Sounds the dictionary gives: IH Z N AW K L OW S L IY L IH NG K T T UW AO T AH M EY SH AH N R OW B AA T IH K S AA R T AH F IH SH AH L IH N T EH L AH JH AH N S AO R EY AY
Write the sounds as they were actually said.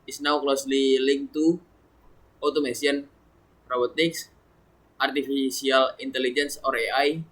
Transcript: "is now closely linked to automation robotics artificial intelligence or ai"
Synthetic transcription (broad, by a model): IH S N AW K L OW S L IY L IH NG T T UW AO T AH M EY S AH N R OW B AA T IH K S AA R T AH F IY S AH L IH N T EH L AH JH AH N S AO R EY AY